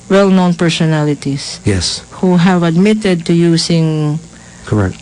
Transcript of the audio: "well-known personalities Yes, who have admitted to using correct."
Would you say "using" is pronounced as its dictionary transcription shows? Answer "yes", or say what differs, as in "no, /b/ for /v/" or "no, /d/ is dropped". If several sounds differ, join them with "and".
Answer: no, /s/ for /z/